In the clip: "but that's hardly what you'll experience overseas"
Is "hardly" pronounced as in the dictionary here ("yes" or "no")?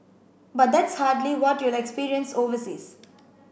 yes